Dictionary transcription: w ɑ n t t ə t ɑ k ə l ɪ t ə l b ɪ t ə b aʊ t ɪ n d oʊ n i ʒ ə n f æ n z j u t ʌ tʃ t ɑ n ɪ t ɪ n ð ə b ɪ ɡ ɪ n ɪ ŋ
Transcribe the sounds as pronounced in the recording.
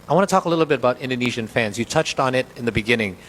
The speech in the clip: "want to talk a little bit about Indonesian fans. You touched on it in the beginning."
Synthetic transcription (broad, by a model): w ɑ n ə t ɑ k ə l ɪ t l b ɪ t ə b aʊ t ɪ n d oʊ n i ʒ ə n f æ n z j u t ʌ tʃ t n ɪ t ɪ n ð ə b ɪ ɡ ɪ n ɪ ŋ